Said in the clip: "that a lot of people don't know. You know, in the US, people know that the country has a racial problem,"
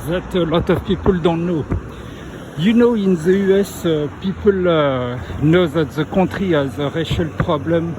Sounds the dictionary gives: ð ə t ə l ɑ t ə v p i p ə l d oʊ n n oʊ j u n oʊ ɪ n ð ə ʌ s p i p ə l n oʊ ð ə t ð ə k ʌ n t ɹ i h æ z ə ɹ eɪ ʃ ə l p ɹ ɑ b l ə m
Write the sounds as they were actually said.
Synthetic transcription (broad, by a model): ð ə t ə l ɑ t ə v p i p ə l d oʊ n n oʊ j u n oʊ ɪ n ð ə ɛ s p i p ə l n oʊ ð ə t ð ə k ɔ t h i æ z ə ɹ eɪ ʃ ə l p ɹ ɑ b l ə m